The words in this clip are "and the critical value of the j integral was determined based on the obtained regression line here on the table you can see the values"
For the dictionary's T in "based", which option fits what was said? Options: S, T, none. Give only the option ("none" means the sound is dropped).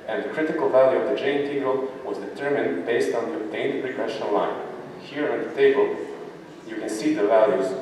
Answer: T